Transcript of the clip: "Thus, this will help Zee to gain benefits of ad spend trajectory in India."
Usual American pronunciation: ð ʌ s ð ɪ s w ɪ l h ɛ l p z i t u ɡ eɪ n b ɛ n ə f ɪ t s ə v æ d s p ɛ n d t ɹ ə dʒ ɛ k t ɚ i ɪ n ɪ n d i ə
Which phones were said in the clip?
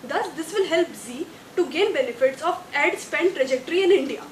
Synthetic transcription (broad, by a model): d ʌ s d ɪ s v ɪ l h ɛ l p z i t u ɡ eɪ n b ɛ n ə f ɪ t s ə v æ d s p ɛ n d t ɹ ə dʒ ɛ k t ɚ i ɪ n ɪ n d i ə